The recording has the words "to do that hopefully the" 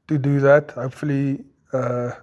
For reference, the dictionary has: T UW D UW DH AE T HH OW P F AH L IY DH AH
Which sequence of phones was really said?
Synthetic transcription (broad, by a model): T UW D UW DH AE T HH OW P F AH L IY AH